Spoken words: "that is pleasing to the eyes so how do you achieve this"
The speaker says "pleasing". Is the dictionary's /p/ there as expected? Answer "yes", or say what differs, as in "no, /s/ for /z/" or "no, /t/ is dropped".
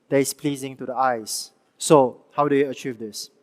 yes